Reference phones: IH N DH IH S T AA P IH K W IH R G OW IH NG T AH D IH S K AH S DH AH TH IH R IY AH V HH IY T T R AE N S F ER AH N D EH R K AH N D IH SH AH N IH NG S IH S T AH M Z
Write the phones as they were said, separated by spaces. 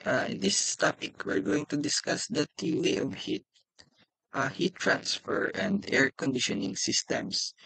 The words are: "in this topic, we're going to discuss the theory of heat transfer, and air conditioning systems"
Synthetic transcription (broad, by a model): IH N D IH S T AA P IH K W IH R G OW IH NG T AH D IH S K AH S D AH T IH L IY AH V HH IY T T R AE N S F ER AH N D EH R K AH N D IH SH AH N IH NG S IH S T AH M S